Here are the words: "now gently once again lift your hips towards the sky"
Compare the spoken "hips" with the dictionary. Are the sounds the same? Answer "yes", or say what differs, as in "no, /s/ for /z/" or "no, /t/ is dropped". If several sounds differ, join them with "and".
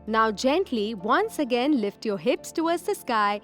yes